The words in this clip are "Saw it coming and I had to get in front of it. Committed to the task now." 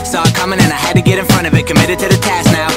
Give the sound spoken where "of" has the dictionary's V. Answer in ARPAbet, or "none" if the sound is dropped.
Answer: V